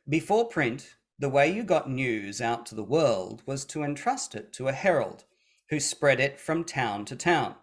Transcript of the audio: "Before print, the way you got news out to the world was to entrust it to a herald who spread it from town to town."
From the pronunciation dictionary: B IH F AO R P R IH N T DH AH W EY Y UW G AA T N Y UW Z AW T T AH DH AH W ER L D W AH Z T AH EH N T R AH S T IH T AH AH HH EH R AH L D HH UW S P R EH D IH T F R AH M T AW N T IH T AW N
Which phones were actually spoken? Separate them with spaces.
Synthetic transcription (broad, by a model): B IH F AO R P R IH N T DH AH W EY Y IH G AA T N Y UW Z AW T T AH DH AH W ER L D W AH Z T AH EH N T R AH S T IH T AH AH HH EH R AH L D HH UW S P R EH D IH T F R AH M T AW N T IH T AW N